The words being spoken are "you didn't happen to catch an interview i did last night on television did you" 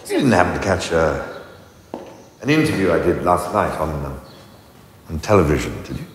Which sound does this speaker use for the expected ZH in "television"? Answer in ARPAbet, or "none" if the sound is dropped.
ZH